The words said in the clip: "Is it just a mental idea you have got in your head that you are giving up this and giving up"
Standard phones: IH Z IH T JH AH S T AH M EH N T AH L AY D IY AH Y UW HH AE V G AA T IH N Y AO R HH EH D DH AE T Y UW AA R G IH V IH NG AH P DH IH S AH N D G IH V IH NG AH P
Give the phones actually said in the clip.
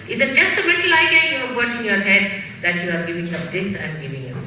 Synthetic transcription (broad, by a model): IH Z IH T JH AH S T AH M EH T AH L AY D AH Y UW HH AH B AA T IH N Y AO R HH EH D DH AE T Y UW AA R G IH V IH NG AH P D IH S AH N G IH V IH NG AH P